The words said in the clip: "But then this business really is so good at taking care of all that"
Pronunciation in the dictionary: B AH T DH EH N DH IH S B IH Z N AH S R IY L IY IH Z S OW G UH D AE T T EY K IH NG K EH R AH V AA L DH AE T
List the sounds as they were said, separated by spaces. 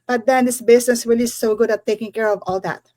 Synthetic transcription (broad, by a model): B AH T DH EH N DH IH S B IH S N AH S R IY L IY S OW G UH D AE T T EY K IH NG K EH R AH V AA L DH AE T